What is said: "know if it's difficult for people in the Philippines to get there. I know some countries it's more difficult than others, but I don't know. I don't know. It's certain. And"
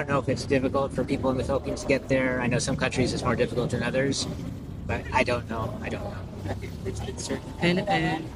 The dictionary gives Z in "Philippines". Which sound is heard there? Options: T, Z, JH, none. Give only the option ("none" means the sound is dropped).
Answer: none